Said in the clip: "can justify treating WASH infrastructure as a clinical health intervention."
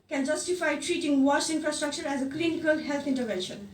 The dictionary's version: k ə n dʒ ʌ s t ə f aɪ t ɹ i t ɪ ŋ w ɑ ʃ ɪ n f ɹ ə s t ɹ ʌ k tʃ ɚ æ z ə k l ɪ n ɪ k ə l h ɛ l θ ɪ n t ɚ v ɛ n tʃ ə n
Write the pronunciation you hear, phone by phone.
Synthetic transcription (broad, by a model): k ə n dʒ ʌ s t ə f aɪ t ɹ i t ɪ ŋ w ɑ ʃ ɪ n f ɹ ə s t ɹ ʌ k tʃ ɚ æ z ə k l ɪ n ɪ k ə l h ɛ l t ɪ n t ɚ v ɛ n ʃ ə n